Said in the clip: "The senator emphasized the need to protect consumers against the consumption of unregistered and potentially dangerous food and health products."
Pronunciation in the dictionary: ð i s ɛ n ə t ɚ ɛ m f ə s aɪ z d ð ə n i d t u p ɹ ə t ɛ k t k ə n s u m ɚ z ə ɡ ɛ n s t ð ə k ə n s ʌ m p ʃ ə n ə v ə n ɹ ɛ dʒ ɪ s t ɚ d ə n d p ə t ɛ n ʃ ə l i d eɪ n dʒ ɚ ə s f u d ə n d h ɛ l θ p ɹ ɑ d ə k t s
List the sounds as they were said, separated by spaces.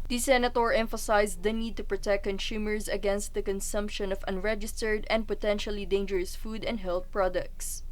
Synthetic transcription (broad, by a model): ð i s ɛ n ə t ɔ ɛ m f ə s aɪ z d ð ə n i d t u p ɹ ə t ɛ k k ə n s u m ɚ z ə ɡ ɛ n s t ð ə k ə n s ʌ m p ʃ ə n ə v ə n ɹ ɛ dʒ ɪ s t ɚ d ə n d p ə t ɛ n ʃ ə l i d eɪ n dʒ ɚ ə s f u d ə n d h ɛ l θ p ɹ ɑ d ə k t s